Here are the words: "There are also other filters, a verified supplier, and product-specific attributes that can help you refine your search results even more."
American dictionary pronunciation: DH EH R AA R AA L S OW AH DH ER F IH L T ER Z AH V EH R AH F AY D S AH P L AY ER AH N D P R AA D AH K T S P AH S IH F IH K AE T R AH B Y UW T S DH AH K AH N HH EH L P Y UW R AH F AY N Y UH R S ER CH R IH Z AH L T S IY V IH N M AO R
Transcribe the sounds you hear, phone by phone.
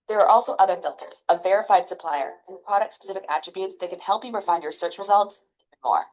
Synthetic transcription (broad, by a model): DH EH R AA R AA L S OW AH DH ER F IH L T ER Z AH V EH R AH F AY D S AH P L AY ER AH P R AA D AH K T S P AH S IH F IH K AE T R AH B Y UW T S DH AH K N HH EH L P Y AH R F AY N Y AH R S ER CH R IH Z AH L T S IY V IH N M AO R